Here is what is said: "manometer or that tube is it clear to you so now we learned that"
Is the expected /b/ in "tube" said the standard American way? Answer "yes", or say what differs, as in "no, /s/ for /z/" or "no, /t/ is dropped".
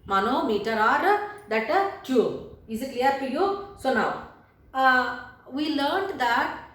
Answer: no, /b/ is dropped